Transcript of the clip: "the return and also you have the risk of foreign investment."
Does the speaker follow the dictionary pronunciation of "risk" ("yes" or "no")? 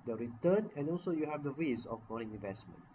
no